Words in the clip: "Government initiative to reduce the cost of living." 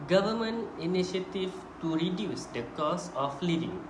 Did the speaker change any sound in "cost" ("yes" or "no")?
yes